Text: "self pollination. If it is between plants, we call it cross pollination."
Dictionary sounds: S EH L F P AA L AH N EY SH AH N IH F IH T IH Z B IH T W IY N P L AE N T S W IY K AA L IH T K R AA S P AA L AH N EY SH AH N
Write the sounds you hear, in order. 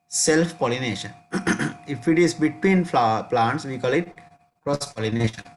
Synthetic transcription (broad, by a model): S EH L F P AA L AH N EY SH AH N IH F IH T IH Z B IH T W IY N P L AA N T S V IY K AA L IH T K R AA S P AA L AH N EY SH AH N